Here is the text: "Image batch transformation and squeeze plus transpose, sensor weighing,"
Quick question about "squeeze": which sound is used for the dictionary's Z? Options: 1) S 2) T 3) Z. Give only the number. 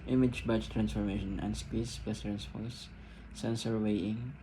1